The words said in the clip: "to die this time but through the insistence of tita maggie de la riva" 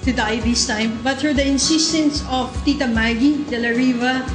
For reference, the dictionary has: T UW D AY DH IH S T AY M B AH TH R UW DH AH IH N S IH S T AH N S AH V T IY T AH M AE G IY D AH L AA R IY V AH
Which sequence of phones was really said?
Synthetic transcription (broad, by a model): T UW D AY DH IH S T AY M B AH T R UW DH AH IH N S IH S T AH N S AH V T IY T AH M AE G IY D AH L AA R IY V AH